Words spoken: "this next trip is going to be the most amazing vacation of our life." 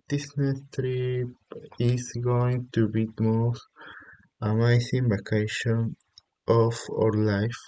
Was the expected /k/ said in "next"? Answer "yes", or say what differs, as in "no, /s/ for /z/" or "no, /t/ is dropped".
no, /k/ is dropped